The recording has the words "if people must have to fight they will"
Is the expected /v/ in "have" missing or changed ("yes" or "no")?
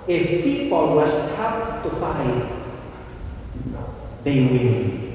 yes